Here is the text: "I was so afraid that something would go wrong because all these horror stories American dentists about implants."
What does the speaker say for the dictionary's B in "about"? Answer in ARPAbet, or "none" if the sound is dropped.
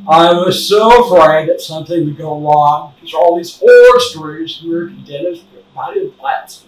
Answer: none